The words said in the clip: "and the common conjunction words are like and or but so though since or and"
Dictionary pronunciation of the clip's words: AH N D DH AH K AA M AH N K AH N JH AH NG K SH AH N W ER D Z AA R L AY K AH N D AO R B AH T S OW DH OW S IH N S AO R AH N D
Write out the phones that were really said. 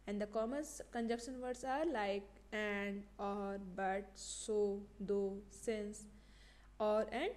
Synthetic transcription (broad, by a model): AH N D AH K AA M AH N K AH N JH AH K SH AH N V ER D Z AA R L AY K AH N D AO R B AH T S OW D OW S IH N S AO R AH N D